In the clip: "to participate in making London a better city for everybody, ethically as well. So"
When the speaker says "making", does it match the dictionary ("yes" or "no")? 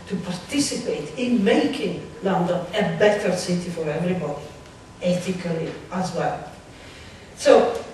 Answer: yes